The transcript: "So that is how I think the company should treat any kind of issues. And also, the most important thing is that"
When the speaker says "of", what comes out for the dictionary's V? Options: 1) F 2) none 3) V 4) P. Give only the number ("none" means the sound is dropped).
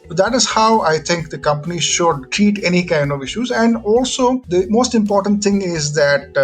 3